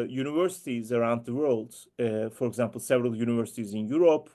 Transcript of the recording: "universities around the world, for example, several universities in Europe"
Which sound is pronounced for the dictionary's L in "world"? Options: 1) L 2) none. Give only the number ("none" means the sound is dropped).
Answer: 1